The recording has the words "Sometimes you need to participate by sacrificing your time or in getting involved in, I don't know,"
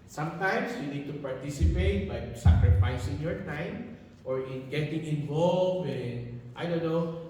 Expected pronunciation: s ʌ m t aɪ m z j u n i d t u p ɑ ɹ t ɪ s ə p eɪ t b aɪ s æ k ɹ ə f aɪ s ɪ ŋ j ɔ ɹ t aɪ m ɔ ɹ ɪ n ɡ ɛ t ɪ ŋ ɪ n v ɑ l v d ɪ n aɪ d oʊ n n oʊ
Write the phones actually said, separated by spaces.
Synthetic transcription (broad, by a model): s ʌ m t aɪ m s j u n i d t u p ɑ ɹ t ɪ s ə p eɪ t b aɪ s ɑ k ɹ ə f aɪ s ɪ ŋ j ɔ ɹ t aɪ m ɔ ɹ ɪ n ɡ ɛ t ɪ ŋ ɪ n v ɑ l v ɪ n aɪ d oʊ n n oʊ